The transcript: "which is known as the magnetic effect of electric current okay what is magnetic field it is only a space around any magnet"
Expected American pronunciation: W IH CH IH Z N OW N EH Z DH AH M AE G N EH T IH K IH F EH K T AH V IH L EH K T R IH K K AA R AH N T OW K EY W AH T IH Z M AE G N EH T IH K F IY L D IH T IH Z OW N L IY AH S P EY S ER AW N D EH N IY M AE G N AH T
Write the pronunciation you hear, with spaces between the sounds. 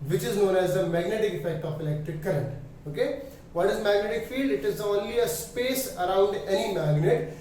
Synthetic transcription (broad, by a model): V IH CH IH Z N OW N EH Z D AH M AE G N EH T IH K IH F EH K T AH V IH L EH K T IH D K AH R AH N T OW K EY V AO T IH Z M AE G N EH T IH K F IY L D IH T IH Z OW N L IY AH S P EY S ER AW N D EH N IY M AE G N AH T